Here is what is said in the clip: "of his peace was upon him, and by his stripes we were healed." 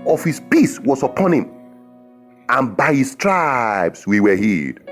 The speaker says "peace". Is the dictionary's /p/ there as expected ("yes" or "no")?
yes